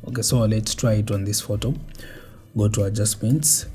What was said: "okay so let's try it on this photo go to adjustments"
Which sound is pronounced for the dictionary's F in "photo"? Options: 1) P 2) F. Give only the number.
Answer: 2